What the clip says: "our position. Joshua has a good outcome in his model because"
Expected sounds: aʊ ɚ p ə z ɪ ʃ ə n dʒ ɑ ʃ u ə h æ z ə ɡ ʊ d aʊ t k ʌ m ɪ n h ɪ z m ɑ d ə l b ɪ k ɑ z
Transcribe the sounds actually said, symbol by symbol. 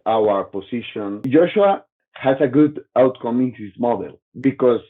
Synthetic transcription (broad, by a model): aʊ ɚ p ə s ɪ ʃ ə n dʒ ɑ ʃ u ə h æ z ə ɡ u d aʊ t k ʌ m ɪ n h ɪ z m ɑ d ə l b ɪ k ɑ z